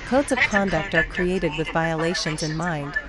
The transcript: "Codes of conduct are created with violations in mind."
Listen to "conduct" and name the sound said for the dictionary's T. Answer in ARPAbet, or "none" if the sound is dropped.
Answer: T